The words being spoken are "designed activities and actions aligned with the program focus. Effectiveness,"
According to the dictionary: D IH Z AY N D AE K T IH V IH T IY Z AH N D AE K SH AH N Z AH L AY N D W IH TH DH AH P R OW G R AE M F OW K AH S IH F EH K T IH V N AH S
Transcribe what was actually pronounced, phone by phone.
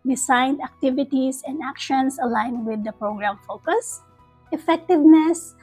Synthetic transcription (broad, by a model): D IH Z AY N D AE K T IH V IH T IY S AH N D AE K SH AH N S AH L AY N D W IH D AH P R OW G R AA M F OW K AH S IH F EH K T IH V N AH S